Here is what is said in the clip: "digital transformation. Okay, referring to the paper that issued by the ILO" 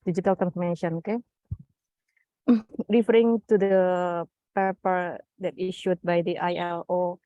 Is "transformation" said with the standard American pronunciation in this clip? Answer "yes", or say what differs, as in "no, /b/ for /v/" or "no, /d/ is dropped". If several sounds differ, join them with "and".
no, /s/ is dropped